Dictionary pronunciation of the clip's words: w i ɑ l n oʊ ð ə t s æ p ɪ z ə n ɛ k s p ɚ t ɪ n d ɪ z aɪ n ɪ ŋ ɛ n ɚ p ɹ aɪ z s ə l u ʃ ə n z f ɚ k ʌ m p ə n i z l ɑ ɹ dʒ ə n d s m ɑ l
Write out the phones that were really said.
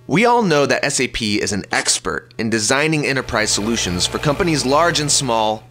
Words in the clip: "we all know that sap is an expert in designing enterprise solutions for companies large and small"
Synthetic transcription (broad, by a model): w i ɑ l n oʊ ð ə t s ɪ p ɪ z n ɛ k s p ɚ t ɪ n d ɪ z aɪ n ɪ ŋ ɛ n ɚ p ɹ aɪ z s ə l u ʃ ə n z f ɚ k ʌ m p ə n i z l ɑ ɹ dʒ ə n s m ɑ l